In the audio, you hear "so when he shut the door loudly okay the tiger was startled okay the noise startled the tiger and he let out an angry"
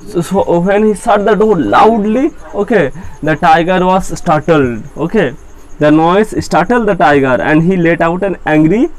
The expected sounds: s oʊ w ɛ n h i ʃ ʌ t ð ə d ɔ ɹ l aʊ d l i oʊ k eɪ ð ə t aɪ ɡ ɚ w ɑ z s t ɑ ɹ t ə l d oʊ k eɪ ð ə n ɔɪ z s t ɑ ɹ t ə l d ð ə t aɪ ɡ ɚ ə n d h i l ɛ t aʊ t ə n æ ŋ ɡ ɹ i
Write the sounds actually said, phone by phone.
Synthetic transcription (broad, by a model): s oʊ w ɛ n h i s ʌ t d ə d ɔ ɹ l aʊ d l i oʊ k eɪ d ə t aɪ ɡ ɚ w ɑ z s t ɑ ɹ t ə l d oʊ k eɪ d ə n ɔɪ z s t ɑ ɹ t ə l d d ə t aɪ ɡ ɚ ə n d h i l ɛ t aʊ t ə n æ ŋ ɡ ɹ i